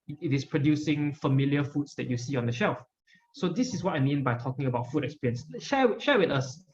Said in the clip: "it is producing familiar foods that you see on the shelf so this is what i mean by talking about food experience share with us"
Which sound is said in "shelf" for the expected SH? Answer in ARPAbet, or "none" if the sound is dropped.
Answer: SH